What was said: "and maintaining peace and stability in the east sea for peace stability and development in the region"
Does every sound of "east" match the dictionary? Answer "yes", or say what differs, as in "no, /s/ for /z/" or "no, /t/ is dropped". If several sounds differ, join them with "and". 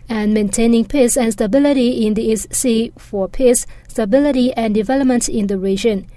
yes